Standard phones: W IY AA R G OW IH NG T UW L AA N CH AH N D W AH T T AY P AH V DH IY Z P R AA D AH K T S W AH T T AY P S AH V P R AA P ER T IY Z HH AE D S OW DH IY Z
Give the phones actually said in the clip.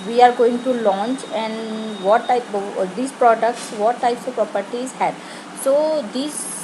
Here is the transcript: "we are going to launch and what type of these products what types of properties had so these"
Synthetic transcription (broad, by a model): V IY AA R G OW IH NG T UW L AA N CH AH N D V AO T T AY AH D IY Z P R AA D AH K T S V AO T T AY P S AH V P R AA P ER T IY Z HH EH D S OW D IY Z